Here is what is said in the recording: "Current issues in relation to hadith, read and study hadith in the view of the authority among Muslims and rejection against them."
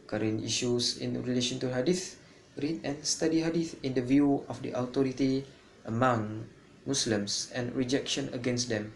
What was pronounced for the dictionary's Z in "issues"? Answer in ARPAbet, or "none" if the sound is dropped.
S